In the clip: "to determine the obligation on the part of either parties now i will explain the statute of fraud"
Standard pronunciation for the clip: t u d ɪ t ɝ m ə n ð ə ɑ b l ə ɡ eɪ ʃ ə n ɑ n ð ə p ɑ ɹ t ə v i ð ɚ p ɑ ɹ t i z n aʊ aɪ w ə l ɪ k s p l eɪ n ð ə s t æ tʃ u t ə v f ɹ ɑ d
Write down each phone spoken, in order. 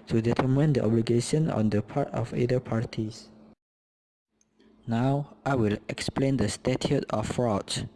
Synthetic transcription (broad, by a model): t u d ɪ t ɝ m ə n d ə ɑ b l ə ɡ eɪ ʃ ə n ɑ n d ə p ɑ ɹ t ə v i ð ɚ p ɑ ɹ t i s n aʊ aɪ w ə l ɪ k s p l eɪ n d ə s t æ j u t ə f ɹ ɑ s